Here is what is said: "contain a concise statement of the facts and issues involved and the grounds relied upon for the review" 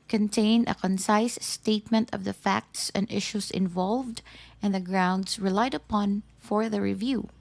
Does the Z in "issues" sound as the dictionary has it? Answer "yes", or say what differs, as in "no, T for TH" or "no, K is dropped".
no, S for Z